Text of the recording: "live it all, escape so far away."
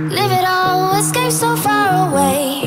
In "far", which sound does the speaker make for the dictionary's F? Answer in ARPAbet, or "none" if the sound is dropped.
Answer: F